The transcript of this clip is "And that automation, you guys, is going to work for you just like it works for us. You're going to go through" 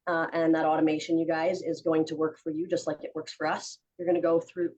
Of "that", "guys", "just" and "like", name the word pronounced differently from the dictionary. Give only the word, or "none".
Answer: none